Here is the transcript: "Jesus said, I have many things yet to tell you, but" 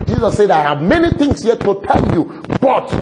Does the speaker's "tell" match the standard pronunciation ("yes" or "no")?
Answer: yes